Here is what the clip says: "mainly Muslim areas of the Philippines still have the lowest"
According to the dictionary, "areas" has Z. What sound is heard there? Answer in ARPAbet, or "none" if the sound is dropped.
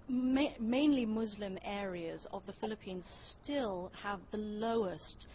Z